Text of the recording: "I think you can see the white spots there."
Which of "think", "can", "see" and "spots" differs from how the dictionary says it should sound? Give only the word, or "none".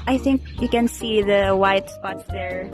none